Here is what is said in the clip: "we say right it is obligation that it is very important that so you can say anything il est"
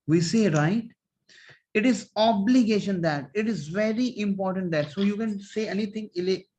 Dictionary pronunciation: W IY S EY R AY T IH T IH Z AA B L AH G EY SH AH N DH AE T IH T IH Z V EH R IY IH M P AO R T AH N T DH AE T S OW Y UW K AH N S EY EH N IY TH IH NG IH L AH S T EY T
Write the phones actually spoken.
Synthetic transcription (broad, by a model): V IY S EY R AY T IH T IH Z AA B L AH G EY SH AH N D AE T IH T IH Z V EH R IY IH M P AO R T AH N T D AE T S OW Y UW K AH N S EY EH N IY T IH NG IH L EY